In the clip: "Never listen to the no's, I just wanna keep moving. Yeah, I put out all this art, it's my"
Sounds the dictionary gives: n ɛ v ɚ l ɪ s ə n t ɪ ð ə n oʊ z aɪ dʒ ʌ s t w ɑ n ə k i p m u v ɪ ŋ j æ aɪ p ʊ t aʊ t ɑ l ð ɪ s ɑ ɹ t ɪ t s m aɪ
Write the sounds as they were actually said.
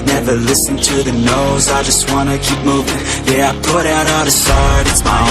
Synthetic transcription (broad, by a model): n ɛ v ɚ l ɪ s ə n t ɪ ð ə n oʊ z aɪ dʒ ʌ s t w ɑ n ə k i p m u v ɪ ŋ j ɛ aɪ p ʊ t aʊ t ð ɪ s ɑ ɹ t ɪ t s m aɪ